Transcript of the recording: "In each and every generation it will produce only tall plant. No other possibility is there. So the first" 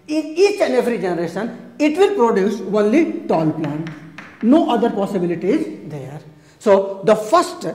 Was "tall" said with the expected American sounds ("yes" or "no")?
yes